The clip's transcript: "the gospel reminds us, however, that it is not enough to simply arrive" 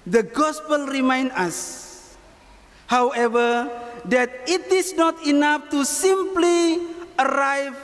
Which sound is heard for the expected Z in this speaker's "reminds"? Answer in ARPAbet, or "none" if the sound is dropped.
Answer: none